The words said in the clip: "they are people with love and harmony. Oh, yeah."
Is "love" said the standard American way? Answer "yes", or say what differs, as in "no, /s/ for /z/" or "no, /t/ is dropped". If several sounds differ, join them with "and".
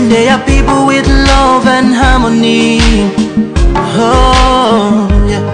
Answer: yes